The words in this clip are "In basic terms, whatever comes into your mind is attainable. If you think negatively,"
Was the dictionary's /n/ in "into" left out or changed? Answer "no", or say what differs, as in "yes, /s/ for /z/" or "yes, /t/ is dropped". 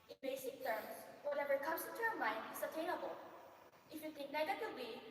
yes, /n/ is dropped